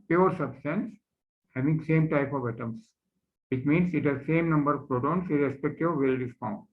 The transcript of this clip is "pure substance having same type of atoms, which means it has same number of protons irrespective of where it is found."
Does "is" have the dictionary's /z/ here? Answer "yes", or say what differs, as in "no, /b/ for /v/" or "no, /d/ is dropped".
no, /s/ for /z/